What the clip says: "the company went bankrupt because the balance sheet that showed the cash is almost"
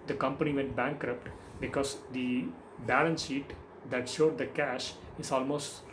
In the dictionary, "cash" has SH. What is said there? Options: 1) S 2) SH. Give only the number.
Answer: 2